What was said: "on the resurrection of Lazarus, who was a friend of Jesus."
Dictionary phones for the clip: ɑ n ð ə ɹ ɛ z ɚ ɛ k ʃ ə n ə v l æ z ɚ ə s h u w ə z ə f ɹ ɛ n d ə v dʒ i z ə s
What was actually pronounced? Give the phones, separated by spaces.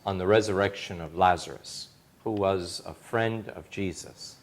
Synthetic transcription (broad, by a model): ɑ n ð ə ɹ ɛ z ɚ ɛ k ʃ ə n ə v l æ z ɚ ə s h u w ə z ə f ɹ ɛ n d ə v dʒ i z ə s